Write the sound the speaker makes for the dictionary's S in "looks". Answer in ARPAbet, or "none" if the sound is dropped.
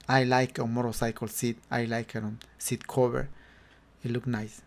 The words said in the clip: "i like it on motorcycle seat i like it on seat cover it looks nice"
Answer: none